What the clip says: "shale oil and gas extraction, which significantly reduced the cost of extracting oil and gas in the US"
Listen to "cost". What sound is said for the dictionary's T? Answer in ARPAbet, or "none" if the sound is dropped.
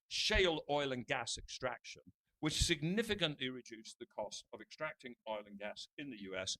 T